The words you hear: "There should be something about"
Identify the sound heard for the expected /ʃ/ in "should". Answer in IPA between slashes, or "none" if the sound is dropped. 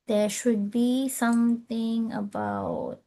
/ʃ/